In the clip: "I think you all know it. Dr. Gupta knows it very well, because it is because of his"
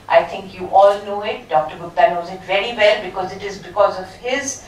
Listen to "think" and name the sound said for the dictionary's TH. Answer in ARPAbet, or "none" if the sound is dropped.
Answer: T